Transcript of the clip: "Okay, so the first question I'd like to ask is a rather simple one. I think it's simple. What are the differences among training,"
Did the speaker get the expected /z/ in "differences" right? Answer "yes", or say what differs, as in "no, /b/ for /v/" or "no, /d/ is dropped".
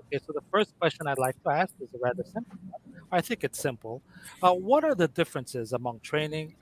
yes